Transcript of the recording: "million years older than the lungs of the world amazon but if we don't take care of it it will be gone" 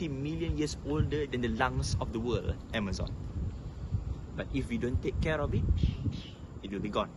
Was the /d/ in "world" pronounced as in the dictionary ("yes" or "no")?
no